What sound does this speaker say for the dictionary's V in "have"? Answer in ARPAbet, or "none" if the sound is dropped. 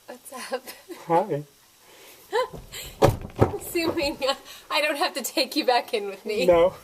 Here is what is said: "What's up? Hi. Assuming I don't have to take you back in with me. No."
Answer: F